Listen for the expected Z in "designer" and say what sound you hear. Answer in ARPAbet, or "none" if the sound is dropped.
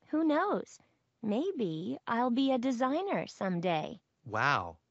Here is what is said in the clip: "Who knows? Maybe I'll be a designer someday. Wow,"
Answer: Z